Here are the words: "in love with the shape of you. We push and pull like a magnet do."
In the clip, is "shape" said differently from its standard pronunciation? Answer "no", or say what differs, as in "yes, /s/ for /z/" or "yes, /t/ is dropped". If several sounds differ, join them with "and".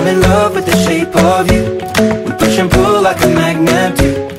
no